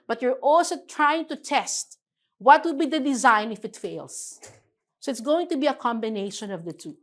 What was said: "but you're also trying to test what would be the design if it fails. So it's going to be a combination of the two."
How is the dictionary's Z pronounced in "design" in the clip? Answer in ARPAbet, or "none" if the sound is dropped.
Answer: Z